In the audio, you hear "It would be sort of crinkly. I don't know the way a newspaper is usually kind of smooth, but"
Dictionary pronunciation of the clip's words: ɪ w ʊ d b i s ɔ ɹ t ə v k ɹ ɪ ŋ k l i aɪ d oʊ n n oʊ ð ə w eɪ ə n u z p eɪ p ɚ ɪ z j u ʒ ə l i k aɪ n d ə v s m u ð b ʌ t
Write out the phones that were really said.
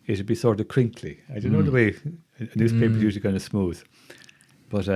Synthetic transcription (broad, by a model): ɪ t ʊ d b i s ɔ ɹ t ə v k ɹ ɪ ŋ k l i aɪ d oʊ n n oʊ ð ə w eɪ ə n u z p eɪ p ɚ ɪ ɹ j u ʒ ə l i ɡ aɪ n ə s m u ð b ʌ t